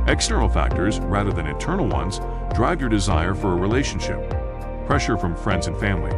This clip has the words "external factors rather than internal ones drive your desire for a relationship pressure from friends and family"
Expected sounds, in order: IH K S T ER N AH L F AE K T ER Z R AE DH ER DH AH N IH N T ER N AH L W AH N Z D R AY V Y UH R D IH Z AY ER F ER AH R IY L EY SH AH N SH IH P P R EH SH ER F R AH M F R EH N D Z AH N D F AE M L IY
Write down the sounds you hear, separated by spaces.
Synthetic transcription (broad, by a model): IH K S T ER N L F AE K T ER Z R AE DH ER DH AH N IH N T ER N L W AH N Z D R AY V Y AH R D IH Z AY ER F ER AH R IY L EY SH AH N SH IH P P R EH SH ER F R AH M F R EH N D Z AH N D F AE M L IY